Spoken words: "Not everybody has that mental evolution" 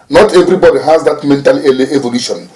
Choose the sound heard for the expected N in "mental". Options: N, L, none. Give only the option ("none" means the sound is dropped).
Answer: N